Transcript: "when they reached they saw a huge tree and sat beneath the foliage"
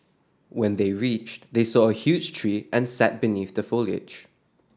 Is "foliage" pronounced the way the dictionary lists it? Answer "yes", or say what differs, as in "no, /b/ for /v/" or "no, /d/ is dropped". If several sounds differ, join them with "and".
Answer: yes